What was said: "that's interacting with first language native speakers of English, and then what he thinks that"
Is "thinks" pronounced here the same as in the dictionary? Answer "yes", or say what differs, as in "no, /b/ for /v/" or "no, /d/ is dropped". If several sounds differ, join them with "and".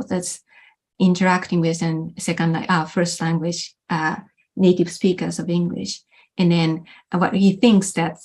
yes